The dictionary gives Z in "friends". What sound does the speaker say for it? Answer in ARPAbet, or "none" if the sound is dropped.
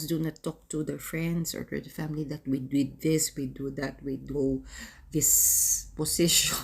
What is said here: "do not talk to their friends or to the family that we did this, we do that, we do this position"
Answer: S